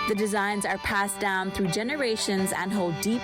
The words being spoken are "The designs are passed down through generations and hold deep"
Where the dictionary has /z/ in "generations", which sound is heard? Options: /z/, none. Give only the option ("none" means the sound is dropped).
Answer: /z/